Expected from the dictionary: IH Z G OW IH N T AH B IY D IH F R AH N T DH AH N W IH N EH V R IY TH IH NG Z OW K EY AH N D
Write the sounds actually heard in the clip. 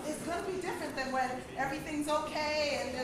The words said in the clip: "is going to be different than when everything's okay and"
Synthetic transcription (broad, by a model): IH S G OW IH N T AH B IY D IH F R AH N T DH AH N W IH N EH V R IY TH IH NG Z OW K EY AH N